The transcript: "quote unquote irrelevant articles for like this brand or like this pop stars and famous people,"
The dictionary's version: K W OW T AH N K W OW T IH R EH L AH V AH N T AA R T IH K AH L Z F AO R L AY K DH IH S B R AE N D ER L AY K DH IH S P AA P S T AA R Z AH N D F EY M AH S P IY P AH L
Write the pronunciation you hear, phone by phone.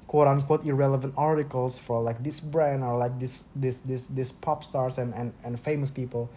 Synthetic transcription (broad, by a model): K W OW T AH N K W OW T IH R EH L AH V AH N T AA R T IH K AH L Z F AO R L AY K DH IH S B R AE N D ER L AY K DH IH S P AA P S T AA R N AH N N F EY M AH S P IY P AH L